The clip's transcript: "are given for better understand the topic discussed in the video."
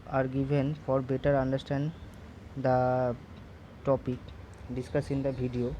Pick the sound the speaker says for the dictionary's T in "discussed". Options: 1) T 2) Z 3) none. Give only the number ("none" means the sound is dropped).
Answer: 3